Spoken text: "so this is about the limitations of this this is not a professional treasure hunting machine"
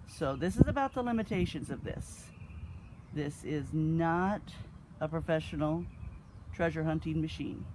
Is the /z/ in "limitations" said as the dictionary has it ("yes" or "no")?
yes